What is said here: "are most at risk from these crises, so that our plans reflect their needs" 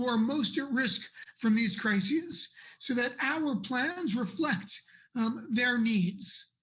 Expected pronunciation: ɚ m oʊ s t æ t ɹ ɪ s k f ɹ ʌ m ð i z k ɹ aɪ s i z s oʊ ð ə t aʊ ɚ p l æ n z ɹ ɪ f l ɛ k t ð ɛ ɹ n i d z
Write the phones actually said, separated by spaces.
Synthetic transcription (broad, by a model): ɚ m oʊ s t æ t ɹ ɪ s k f ɹ ʌ m ð i z k ɹ aɪ s i z s oʊ ð ə t aʊ ɚ p l æ n z ɹ ɪ f l ɛ k t ð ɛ ɹ n i d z